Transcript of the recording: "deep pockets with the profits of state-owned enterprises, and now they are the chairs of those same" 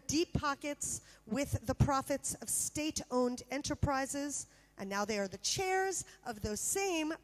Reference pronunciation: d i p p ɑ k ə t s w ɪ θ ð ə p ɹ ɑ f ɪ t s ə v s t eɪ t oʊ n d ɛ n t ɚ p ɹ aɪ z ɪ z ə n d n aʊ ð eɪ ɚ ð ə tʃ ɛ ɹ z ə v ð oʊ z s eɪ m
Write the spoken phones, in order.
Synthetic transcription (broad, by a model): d i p p ɑ k ə t s w ɪ ð ə p ɹ ɑ f ɪ t s ə v s t eɪ t oʊ n d ɛ n t ɚ p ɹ aɪ z ɪ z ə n n aʊ ð eɪ ɚ ð ə tʃ ɛ ɹ z ə v ð oʊ z s eɪ m